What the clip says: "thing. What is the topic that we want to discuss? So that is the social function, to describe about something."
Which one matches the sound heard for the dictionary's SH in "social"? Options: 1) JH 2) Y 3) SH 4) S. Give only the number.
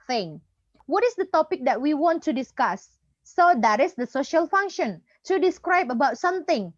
3